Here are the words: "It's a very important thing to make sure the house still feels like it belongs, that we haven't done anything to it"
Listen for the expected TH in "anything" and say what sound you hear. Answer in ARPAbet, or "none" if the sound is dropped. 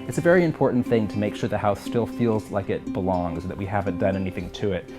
TH